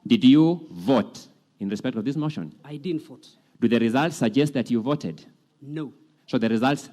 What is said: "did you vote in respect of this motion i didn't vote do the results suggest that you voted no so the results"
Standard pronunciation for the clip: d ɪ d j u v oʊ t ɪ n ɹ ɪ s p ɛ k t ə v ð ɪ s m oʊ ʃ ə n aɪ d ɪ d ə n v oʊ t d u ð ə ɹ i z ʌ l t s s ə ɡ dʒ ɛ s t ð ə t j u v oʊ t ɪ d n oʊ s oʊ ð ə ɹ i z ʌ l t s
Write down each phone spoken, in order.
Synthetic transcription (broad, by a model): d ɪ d j u v oʊ t ɪ n ɹ ɪ s p ɛ k t ə v ð ɪ s m oʊ ʃ ə n aɪ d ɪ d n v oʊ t d u ð ə ɹ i z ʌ l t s s ə ɡ dʒ ɛ s t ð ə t j u v oʊ t ɪ d n oʊ s oʊ ð ə ɹ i z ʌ l t s